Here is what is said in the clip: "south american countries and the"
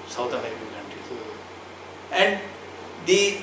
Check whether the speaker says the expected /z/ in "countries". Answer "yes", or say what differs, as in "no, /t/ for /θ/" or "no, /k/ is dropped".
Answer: no, /z/ is dropped